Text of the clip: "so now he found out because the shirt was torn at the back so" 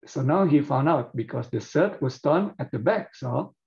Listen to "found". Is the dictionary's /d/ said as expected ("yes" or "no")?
yes